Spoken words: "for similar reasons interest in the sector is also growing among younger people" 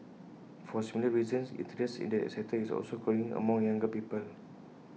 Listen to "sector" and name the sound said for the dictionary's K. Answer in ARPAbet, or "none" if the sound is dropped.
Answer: none